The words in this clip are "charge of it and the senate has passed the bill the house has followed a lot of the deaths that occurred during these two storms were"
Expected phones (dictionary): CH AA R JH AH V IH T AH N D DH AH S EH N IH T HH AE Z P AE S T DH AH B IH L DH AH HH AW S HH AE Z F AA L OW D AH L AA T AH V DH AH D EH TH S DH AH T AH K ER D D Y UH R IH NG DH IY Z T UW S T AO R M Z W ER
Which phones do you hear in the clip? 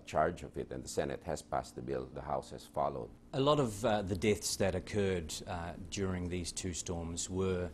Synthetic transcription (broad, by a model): CH AA R JH AH V IH T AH N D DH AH S EH N IH T HH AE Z P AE S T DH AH B IH L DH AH HH AW S HH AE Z F AA L OW D AH L AA T AH V DH AH D EH TH S DH AH T AH K ER D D Y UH R IH NG DH IY Z T UW S T AO R M Z W ER